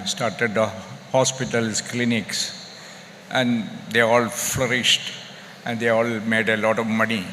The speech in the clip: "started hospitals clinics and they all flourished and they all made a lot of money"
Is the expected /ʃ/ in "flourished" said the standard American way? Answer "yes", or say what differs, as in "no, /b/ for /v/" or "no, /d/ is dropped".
yes